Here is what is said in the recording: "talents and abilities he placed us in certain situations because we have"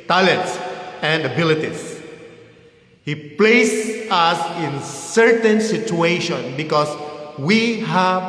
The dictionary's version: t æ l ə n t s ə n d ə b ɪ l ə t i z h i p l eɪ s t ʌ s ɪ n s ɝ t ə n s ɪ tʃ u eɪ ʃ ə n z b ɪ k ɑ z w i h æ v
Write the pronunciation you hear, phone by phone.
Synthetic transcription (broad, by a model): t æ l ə n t s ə n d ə b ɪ l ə t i s h i p l eɪ s ʌ s ɪ n s ɝ t ə n s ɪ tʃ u eɪ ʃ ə n b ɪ k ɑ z w i h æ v